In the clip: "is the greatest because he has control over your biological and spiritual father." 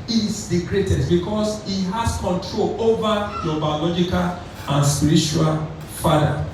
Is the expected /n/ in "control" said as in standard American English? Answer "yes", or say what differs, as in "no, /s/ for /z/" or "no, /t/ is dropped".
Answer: yes